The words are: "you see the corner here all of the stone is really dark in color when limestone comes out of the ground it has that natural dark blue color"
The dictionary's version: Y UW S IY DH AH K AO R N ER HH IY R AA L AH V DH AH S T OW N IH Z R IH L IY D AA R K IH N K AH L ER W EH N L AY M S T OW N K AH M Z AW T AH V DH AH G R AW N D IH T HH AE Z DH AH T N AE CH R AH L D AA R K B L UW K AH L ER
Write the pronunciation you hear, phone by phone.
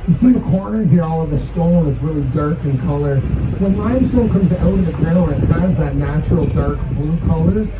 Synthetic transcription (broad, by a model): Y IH S IY DH AH K AO R N ER HH IY R AA L AH V DH AH S T OW L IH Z R IH L IY D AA R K IH N K AH L ER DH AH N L AY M S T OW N K AH M Z AW T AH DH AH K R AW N IH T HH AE Z DH AH T N AE CH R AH L D AA R K B L UW K AH L ER